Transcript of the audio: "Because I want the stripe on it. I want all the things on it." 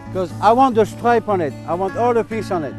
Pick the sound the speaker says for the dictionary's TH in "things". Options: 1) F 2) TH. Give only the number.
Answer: 1